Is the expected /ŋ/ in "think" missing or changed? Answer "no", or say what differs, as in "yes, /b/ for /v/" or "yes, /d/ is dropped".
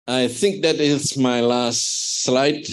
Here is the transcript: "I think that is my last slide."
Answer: no